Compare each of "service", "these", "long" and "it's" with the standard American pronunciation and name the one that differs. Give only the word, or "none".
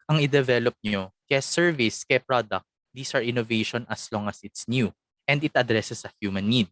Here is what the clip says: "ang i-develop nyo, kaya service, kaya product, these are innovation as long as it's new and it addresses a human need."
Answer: these